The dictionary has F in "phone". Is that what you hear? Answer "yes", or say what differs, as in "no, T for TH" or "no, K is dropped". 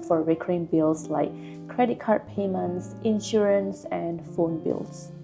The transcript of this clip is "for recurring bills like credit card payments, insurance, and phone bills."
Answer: yes